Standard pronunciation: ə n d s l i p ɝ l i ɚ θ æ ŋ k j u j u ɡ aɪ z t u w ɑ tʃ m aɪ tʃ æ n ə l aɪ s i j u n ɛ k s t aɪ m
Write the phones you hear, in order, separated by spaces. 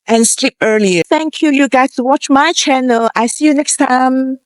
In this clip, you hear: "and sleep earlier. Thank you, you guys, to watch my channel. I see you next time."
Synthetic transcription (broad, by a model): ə n s l i p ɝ l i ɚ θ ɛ ŋ k j u j u ɡ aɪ t u w ɑ tʃ m aɪ tʃ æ n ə l aɪ s i j u n ɛ k s t aɪ m